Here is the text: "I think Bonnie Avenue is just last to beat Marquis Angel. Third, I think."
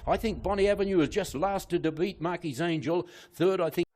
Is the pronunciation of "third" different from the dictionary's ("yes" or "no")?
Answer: no